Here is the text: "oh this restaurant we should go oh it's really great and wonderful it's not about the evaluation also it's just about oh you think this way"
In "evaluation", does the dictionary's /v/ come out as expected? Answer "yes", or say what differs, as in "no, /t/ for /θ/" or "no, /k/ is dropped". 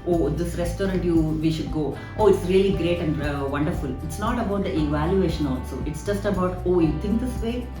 yes